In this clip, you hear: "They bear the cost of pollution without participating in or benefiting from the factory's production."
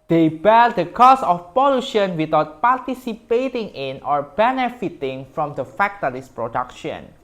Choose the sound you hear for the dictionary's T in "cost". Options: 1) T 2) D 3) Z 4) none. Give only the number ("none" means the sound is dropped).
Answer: 4